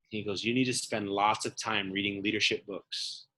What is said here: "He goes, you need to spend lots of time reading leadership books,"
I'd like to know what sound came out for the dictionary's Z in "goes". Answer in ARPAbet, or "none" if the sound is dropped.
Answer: Z